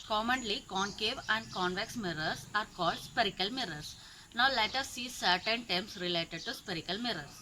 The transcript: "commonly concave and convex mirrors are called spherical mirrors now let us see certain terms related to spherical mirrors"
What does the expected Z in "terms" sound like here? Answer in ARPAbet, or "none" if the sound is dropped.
S